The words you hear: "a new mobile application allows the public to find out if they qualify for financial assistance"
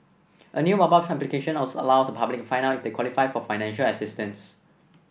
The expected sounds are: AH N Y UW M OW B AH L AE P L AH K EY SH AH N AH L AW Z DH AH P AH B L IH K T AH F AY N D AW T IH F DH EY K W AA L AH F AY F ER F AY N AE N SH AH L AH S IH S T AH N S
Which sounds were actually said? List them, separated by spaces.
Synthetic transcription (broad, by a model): AH N Y UW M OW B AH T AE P L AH K EY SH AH N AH L AW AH P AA B L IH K F AY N AW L IH F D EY K W AA L AH F AY F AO F AY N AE N SH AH L AH S IH S T AH N S